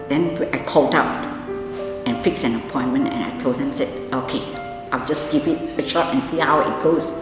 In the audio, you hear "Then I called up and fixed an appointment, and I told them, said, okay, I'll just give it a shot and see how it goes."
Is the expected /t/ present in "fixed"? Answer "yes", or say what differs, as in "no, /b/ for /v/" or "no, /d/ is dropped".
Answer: no, /t/ is dropped